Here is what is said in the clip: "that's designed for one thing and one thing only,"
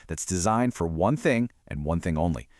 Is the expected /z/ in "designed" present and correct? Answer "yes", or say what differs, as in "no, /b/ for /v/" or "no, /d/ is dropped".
yes